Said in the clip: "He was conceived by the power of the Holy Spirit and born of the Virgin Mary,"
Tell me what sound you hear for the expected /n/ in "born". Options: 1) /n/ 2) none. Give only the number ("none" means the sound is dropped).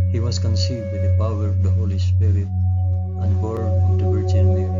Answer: 2